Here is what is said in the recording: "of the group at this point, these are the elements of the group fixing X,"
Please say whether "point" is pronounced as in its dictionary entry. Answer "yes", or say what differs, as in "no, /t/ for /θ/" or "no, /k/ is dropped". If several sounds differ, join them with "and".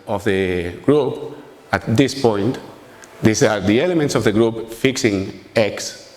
yes